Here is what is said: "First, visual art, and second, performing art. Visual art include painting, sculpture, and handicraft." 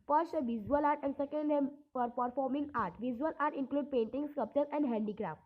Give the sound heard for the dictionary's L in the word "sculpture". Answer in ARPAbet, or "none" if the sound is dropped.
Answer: none